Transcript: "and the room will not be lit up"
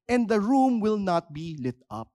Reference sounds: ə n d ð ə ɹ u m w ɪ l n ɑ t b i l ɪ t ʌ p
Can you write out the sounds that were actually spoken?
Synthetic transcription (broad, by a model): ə n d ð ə ɹ u m w ɪ l n ɑ t b i l ɪ t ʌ p